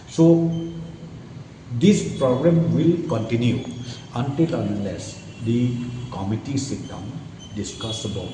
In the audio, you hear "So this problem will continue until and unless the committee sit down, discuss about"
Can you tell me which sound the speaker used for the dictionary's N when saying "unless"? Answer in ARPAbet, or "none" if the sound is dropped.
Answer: none